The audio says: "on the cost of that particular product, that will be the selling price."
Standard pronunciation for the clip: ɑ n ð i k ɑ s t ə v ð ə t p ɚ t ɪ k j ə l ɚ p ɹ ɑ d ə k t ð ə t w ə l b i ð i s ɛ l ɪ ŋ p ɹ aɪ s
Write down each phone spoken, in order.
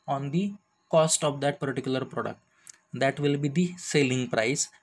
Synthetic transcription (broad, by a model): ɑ n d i k ɑ s t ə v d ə t p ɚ t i k j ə l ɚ p ɹ ɑ d ə k t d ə t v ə l b i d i s ɛ l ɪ ŋ p ɹ aɪ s